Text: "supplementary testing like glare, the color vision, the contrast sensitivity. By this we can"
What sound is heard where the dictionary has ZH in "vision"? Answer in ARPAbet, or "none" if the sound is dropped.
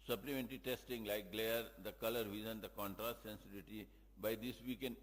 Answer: Z